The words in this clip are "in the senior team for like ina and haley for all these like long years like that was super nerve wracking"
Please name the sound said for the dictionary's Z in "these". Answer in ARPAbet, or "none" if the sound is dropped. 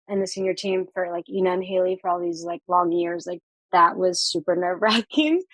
Z